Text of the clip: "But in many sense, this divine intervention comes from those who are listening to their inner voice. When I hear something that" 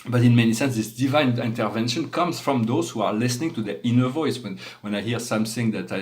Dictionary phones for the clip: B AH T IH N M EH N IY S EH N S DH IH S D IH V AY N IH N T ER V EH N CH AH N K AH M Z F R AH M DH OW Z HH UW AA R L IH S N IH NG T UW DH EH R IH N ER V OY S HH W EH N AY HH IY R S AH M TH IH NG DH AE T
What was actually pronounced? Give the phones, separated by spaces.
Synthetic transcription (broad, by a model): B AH T IH N M EH N IY S EH N S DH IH S D IH V AY N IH N T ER V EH N SH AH N K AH M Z F R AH M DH OW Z HH UW AA R L IH S N IH NG T UW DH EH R IH N ER V OY S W W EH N AY HH IY R S AH M TH IH NG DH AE T